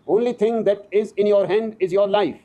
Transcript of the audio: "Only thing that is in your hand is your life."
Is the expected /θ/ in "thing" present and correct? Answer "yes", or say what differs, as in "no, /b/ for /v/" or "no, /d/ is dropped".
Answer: no, /t/ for /θ/